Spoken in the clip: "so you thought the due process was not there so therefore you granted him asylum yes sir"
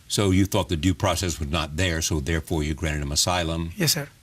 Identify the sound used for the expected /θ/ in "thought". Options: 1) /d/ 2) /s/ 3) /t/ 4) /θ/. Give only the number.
4